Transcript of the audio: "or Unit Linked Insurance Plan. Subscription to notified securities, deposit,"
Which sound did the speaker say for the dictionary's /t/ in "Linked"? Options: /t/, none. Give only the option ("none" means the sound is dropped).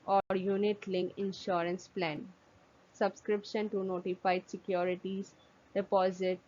none